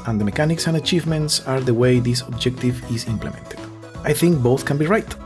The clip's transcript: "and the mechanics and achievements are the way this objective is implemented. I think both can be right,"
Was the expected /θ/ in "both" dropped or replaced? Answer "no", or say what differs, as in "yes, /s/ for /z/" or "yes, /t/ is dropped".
no